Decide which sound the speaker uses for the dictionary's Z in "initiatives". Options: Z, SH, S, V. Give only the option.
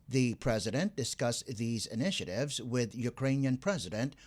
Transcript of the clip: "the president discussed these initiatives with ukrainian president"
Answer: Z